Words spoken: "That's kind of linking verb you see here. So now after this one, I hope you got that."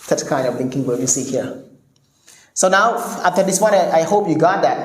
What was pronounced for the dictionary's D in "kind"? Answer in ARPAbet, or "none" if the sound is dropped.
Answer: D